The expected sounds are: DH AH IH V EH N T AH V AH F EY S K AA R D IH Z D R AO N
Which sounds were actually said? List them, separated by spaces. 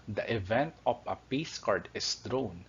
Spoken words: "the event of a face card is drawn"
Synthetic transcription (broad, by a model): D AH IH V EH N T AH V AH P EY S K AA R D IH S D R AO N